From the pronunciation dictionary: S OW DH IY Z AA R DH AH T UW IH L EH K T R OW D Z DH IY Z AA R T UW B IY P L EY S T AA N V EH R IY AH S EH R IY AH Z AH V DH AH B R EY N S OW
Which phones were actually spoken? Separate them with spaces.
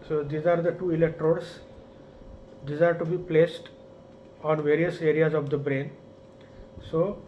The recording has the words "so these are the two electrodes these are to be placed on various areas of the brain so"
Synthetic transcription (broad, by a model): S OW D IY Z AA R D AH T UW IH L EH K T R OW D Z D IY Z AA R T UW B IY P L EY S T AA N V EH R IY AH S EH R IY AH Z AH V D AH B R EY N S OW